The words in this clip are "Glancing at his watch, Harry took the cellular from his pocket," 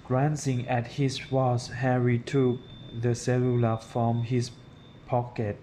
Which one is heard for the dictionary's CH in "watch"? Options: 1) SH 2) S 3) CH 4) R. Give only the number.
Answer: 2